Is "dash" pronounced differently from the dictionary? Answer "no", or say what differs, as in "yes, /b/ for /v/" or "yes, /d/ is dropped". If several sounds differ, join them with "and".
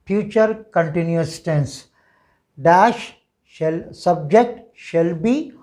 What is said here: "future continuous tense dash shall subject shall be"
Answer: no